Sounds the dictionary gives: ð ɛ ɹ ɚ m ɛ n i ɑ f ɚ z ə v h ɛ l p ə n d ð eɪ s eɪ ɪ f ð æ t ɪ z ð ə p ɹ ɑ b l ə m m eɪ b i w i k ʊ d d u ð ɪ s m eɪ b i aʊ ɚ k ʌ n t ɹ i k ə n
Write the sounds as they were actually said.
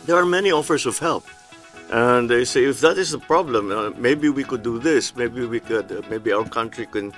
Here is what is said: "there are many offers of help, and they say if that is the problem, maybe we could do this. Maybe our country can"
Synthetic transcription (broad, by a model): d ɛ ɹ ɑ m ɛ n i ɑ f ɚ s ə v h ɛ l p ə n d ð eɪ s eɪ ɪ f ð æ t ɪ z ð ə p ɹ ɑ b l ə m m eɪ b i w i k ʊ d d u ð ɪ s m eɪ b i aʊ ɚ k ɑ n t ɹ i k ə n